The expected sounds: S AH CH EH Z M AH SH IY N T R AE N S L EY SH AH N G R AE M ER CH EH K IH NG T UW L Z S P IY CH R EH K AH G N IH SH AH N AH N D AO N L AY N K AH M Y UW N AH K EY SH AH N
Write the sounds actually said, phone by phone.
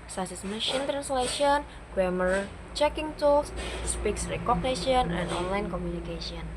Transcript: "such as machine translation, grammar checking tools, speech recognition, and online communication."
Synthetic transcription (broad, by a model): S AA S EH S M AH SH IY N T R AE N S L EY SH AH N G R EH M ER CH EH K IH NG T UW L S S P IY S R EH K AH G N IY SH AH N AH N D AO N L AY N K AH M Y UW N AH K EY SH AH N